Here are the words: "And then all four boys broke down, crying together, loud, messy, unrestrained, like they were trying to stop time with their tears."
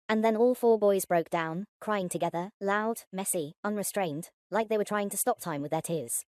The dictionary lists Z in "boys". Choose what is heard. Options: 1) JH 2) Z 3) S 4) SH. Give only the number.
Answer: 2